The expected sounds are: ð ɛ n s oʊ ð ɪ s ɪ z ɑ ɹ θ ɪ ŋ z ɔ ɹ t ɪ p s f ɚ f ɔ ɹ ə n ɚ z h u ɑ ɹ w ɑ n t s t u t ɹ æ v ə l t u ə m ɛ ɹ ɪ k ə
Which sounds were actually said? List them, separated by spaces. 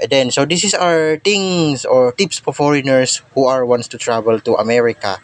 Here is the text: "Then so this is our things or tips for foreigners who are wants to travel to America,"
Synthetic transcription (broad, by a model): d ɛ n s oʊ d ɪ s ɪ s ɑ ɹ t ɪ ŋ s ɔ ɹ t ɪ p s p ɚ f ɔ ɹ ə n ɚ s h u ɑ ɹ w ɑ n t s t u t ɹ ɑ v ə l t u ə m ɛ ɹ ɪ k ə